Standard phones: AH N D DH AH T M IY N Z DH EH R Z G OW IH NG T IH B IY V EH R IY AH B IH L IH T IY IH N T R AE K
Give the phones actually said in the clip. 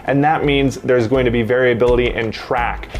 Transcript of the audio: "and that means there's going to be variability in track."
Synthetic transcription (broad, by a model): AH N DH AH T M IY N Z DH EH R Z G OW IH NG T IH B IY V EH R IY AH B IH L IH T IY IH N T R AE K